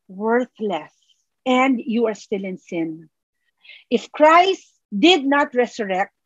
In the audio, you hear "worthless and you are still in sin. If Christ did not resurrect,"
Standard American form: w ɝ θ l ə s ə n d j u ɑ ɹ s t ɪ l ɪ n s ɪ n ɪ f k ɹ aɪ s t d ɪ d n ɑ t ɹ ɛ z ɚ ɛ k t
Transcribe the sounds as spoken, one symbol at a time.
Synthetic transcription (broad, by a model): w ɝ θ l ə s ə n d j u ɑ ɹ s t ɪ l ɪ n s ɪ n ɪ f k ɹ aɪ s t d ɪ d n ɑ t ɹ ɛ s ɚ ɛ k t